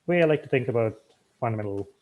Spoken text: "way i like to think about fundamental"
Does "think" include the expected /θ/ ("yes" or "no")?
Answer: yes